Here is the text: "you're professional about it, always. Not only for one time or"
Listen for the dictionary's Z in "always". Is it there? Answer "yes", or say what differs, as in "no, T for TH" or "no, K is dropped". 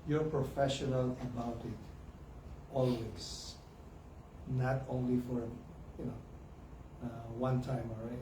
no, S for Z